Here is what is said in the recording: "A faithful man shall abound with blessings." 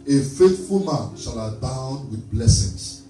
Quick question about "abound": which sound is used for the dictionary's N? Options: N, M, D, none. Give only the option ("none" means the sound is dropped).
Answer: N